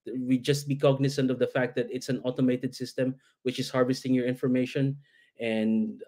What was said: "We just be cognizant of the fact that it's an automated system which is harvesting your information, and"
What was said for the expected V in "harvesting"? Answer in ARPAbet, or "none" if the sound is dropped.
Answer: V